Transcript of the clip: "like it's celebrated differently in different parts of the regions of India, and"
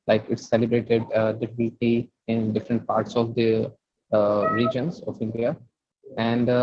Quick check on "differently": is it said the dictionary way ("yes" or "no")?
no